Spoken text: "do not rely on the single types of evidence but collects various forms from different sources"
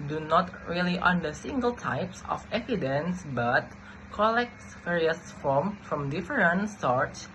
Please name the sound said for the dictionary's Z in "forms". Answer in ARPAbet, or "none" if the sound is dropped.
none